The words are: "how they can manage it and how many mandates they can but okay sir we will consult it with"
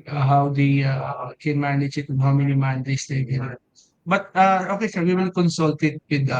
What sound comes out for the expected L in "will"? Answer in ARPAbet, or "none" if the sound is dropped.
N